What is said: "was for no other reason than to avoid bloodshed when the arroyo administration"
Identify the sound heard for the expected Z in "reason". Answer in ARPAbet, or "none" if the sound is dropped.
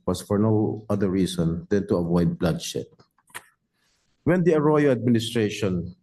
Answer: S